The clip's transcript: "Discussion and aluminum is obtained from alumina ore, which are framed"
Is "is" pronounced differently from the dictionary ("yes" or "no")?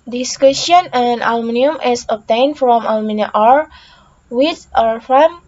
yes